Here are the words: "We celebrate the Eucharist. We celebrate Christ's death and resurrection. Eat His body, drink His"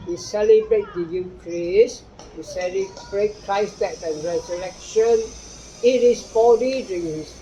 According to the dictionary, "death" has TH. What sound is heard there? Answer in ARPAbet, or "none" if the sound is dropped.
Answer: T